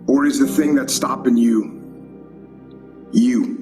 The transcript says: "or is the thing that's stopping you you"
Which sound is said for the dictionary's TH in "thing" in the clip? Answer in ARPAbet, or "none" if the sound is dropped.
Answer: TH